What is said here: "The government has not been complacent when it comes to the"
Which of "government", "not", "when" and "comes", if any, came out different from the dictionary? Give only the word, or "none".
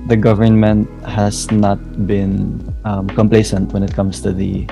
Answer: comes